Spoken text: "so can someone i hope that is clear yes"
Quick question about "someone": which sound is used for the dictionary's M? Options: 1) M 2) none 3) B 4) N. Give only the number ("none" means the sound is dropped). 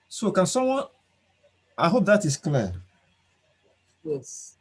2